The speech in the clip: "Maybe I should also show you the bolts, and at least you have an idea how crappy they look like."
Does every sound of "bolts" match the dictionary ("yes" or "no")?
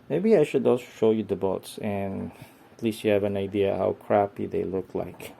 no